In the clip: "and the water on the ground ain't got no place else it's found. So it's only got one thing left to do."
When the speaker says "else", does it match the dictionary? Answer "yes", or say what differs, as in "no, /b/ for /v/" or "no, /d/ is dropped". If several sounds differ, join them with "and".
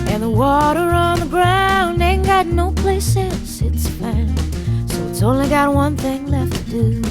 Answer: no, /n/ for /l/